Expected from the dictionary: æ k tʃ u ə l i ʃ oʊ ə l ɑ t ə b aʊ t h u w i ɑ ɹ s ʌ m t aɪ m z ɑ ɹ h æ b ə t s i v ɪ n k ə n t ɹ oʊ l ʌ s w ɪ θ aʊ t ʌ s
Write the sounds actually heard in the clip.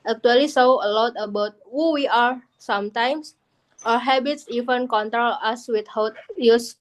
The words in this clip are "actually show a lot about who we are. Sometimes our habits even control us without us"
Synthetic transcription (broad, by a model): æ k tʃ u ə l i s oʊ ə l ɑ t ə b aʊ t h u w i ɑ ɹ s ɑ m t aɪ m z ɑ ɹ h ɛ b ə t s i v ɪ n k ə n t ɹ oʊ l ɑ s w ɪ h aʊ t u s